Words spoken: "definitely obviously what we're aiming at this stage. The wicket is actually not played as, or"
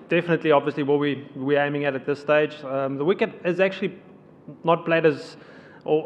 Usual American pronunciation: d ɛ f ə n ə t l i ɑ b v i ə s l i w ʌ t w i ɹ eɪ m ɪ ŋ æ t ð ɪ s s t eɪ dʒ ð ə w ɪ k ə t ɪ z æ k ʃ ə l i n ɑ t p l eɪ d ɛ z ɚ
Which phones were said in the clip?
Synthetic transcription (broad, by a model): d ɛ f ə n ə t l i ɑ b v i ə s l i w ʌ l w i w eɪ m ɪ ŋ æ t ð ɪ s s t eɪ dʒ ð ə w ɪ k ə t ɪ z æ k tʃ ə l i n ɑ t p l eɪ d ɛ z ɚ